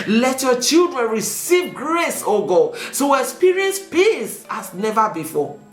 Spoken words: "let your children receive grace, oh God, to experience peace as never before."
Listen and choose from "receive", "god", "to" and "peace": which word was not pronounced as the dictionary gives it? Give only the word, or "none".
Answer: to